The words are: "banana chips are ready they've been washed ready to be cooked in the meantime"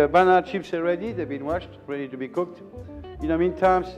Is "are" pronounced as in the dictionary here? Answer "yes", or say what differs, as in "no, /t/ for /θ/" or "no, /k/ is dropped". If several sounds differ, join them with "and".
no, /l/ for /ɹ/